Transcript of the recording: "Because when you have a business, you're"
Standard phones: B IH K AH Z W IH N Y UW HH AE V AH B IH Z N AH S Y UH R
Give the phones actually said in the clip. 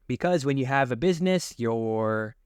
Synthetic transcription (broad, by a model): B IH K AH Z W IH N Y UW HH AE V AH B IH Z N AH S Y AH R